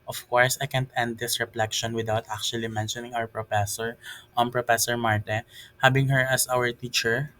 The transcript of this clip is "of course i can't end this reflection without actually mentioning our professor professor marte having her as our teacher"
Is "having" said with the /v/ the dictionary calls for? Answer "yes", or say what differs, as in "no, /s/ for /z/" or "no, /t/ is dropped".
no, /b/ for /v/